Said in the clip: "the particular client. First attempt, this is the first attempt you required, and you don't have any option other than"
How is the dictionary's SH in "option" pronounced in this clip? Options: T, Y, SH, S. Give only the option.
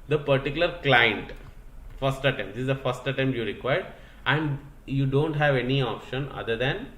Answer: SH